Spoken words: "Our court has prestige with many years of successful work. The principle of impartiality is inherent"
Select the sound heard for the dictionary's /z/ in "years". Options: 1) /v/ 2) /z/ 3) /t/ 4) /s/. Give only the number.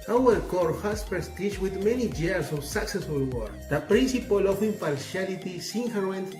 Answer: 4